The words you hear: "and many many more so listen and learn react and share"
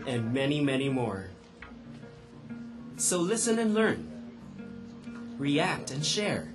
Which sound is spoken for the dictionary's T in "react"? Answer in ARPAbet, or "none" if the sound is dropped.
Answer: T